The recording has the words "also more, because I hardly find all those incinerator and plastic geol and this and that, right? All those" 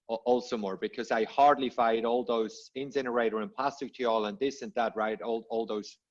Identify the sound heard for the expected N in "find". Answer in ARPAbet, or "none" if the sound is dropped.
none